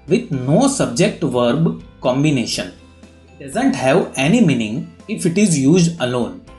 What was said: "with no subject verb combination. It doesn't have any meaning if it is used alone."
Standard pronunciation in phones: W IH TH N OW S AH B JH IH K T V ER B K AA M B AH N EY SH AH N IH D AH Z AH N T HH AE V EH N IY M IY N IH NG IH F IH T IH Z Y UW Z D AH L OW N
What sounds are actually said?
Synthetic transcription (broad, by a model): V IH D N OW S AH B JH IH K T V ER B K AA M B AH N EY SH AH N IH D AH Z AH N T HH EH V EH N IY M IY N IH NG IH F IH T IH Z Y UW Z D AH L OW N